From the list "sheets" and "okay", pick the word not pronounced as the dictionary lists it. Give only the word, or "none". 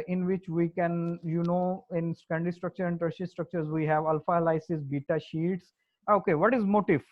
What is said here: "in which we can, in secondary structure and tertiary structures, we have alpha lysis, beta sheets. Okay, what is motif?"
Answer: none